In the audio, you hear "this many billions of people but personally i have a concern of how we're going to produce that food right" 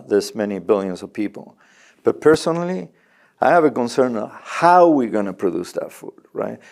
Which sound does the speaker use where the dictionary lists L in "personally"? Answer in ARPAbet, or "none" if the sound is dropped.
L